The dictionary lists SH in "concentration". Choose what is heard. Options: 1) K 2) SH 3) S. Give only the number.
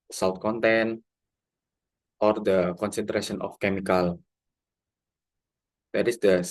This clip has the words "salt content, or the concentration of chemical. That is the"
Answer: 3